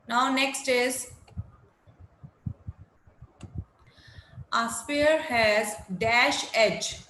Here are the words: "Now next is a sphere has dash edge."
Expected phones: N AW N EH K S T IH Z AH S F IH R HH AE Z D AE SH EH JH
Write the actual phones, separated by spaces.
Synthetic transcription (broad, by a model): N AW N EH K S T IH Z AH S P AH R HH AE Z D AE SH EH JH